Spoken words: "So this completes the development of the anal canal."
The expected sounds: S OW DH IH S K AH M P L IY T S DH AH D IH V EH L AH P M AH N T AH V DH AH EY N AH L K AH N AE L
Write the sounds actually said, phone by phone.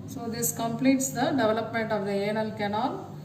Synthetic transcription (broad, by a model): S OW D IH S K AH M P L IY T S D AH D IH V EH L AH P M AH N T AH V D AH EY N AH L K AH N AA L